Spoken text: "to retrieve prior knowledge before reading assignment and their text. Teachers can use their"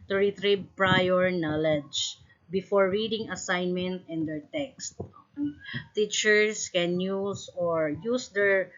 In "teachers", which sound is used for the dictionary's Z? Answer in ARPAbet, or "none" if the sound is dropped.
S